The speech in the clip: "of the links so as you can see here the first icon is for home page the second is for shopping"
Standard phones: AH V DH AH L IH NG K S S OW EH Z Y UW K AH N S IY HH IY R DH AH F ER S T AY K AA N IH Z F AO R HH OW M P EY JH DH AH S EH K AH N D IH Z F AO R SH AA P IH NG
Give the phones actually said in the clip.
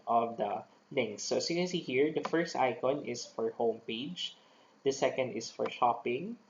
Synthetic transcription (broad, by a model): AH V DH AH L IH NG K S S OW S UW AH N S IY HH IY R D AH F ER S T AY K AA N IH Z F AO R HH OW M P EY JH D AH S EH K AH N D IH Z F AO R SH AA P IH NG